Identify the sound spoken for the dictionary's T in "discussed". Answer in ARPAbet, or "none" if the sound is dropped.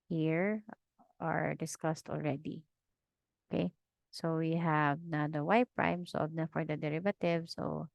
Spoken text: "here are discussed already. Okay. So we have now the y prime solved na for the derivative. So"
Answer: T